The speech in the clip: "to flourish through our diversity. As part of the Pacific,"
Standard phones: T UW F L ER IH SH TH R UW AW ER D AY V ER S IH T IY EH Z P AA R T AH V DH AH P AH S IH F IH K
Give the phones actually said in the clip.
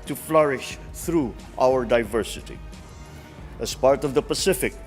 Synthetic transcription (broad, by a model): T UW F L ER IH SH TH R UW AW ER D AY V ER S IH T IY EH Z P AA R T AH V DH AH P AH S IH F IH K